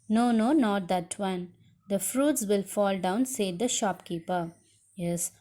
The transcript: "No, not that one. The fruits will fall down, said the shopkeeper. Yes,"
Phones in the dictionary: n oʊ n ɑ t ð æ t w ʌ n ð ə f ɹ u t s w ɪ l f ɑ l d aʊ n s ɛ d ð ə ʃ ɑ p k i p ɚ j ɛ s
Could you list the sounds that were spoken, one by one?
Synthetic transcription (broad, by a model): n oʊ n ɑ t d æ t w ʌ n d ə f ɹ u t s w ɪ l f ɑ l d aʊ n s ɛ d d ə ʃ ɑ p k i p ɚ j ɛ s